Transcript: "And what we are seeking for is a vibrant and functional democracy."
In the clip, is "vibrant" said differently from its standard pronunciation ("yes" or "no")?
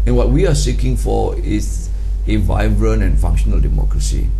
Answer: yes